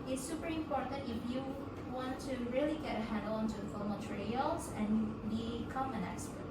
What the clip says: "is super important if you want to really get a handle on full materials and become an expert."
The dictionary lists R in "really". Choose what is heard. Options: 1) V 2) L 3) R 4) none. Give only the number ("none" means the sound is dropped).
3